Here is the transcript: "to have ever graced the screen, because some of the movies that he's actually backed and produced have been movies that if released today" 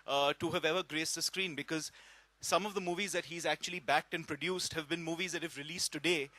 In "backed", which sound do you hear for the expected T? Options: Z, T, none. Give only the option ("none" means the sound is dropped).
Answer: T